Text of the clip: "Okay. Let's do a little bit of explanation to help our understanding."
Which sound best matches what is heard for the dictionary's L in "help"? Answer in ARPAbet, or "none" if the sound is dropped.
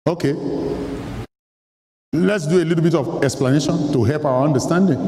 L